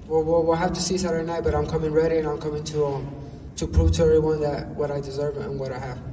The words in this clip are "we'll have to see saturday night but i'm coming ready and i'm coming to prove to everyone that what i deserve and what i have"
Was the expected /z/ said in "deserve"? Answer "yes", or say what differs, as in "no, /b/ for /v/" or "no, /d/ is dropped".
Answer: yes